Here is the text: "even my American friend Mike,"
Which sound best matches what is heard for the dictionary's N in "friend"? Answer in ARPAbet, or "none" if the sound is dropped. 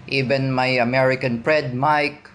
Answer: none